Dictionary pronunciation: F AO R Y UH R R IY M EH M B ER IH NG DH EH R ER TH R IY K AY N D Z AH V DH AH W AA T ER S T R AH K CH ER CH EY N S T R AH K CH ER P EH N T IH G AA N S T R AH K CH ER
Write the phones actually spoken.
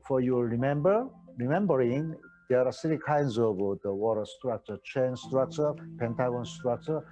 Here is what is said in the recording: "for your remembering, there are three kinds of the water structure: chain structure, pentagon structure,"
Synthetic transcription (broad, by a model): F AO R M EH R R IY M EH M B ER IH NG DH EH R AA S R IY K AY N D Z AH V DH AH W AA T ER S T R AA K CH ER CH EY N S T R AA K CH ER P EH N T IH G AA N S T R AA K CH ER